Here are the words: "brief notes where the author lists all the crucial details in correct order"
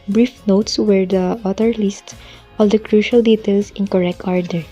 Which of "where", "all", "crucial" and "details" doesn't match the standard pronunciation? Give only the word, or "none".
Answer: details